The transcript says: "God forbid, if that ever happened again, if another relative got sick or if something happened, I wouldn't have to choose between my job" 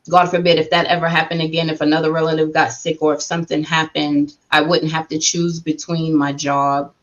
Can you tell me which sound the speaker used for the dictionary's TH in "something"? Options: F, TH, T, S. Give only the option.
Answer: TH